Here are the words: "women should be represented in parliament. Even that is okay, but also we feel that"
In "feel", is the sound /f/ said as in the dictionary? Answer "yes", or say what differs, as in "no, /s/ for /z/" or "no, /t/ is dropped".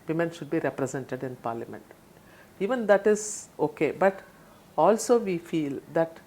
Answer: yes